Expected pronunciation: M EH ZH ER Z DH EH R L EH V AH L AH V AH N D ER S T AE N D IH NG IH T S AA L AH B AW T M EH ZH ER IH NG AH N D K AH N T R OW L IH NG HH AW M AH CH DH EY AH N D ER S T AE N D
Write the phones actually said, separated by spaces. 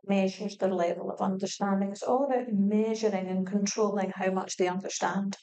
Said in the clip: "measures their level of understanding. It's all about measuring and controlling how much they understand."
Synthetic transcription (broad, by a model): M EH ZH ER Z DH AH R L EH V AH L AH V AH N D ER S T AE N D IH NG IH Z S AA L AH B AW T M EH ZH ER IH NG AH N K AH N T R OW L IH NG HH AW M AH CH DH EY AH N D ER S T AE N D